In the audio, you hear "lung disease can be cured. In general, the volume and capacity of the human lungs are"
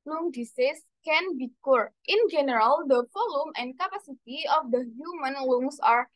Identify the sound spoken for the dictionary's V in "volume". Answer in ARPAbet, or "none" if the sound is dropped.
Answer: F